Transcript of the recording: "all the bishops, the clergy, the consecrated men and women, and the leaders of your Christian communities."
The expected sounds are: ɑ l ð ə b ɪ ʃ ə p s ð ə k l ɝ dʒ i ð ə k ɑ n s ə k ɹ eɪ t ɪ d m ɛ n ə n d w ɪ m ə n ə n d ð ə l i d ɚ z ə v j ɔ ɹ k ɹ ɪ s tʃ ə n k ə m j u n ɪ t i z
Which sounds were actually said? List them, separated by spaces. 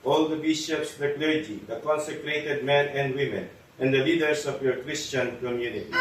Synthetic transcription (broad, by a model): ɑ l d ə b ɪ ʃ ə p s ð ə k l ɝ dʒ i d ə k ɑ n s ə k ɹ eɪ t ɪ d m ɛ n ə n d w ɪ m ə n ə n d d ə l i d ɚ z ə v j ɔ ɹ k ɹ ɪ s tʃ ə n k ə m j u n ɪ t i